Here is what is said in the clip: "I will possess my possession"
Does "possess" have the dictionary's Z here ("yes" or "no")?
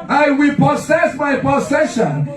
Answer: no